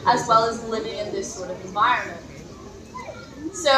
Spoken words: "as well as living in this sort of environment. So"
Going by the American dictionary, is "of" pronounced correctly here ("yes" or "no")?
yes